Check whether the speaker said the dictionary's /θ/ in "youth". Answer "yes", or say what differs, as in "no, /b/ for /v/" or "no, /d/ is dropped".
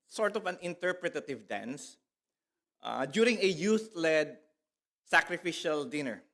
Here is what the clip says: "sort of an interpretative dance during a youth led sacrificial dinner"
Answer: no, /t/ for /θ/